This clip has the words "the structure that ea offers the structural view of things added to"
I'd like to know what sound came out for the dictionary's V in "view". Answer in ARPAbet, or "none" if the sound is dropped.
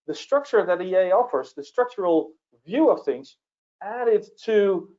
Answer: V